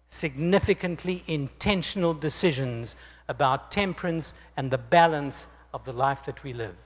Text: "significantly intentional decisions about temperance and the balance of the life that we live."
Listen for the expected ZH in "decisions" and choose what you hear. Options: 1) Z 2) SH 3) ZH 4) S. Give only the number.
3